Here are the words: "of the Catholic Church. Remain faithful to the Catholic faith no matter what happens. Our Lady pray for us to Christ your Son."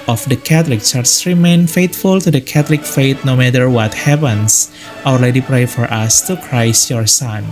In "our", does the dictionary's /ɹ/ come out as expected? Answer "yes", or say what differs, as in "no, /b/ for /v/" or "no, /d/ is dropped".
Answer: no, /l/ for /ɹ/